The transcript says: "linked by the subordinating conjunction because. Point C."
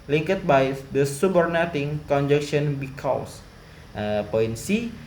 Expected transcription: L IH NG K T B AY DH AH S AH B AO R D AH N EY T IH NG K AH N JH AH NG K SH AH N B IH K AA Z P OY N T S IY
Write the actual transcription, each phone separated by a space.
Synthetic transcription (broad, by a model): L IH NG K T B AY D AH S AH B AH R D N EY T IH NG K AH N JH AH K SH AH N B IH K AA S P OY N S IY